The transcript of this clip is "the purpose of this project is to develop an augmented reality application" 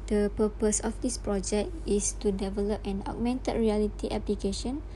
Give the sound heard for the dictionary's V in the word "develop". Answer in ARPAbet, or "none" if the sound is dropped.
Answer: V